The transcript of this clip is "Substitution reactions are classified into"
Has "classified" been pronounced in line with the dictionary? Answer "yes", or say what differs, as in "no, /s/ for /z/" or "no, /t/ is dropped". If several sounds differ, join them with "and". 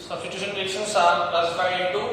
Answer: no, /d/ is dropped